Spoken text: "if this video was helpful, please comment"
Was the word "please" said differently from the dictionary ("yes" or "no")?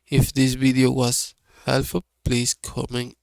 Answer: yes